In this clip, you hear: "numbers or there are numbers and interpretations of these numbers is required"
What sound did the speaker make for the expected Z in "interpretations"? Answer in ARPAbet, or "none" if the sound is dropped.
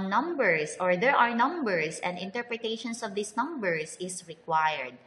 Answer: S